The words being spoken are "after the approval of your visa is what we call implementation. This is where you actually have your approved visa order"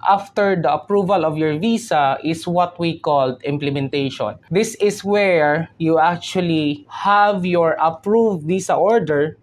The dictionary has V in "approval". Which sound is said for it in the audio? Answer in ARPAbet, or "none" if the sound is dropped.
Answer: V